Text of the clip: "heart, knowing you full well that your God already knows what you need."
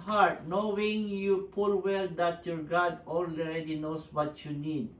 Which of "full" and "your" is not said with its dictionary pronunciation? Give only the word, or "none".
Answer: full